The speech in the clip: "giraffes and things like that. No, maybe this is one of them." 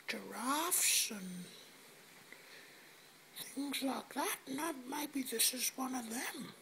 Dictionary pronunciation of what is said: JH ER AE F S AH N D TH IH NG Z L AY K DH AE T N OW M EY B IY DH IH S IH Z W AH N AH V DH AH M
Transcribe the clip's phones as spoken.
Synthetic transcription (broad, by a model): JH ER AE F S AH N TH IH NG Z L AY K DH AE T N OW M EY B IY DH IH S IH Z W AH N AH V DH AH M